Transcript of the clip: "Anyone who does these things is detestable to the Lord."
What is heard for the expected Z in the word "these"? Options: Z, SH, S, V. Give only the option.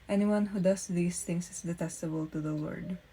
S